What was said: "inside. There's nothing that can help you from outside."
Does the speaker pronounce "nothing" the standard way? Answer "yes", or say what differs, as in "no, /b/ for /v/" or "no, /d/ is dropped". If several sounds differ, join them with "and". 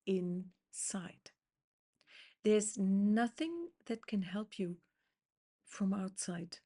yes